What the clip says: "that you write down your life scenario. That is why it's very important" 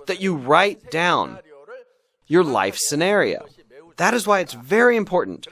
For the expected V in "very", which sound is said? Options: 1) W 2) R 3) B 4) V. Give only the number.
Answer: 4